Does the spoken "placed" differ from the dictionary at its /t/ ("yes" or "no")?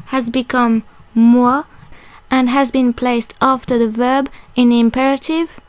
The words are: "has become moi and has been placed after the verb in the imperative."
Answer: no